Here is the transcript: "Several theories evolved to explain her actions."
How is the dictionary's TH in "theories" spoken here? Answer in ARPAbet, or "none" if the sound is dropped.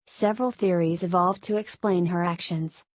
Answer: TH